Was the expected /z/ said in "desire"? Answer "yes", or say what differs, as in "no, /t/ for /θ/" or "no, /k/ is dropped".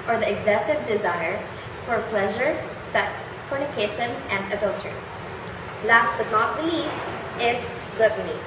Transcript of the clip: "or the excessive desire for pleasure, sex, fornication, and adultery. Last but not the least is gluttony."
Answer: yes